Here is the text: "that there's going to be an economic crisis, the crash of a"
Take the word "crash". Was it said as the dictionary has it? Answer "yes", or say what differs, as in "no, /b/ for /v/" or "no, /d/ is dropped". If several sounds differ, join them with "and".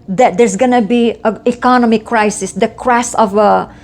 no, /s/ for /ʃ/